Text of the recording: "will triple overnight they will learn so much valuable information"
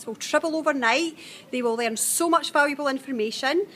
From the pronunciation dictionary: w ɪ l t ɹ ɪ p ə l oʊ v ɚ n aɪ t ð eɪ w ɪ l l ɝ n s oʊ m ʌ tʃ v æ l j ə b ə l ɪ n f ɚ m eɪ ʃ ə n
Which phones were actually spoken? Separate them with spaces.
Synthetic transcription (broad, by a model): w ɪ l t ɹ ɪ b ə l oʊ v ɚ n aɪ t ð eɪ w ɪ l l ɝ n s oʊ m ʌ tʃ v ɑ l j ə b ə l ɪ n f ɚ m eɪ ʃ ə n